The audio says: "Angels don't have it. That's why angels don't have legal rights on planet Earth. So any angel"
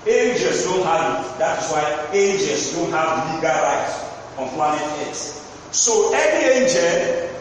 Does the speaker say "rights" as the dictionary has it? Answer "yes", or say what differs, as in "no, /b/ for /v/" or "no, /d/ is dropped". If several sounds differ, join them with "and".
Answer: no, /s/ is dropped